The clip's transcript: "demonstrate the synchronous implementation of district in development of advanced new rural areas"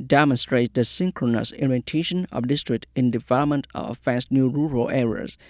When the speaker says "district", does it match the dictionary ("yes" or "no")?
yes